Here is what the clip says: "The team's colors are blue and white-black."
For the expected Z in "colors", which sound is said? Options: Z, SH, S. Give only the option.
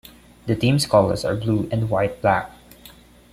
S